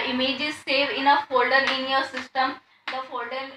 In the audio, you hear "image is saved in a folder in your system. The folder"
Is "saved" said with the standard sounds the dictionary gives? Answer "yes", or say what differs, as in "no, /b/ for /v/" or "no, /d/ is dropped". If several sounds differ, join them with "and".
no, /d/ is dropped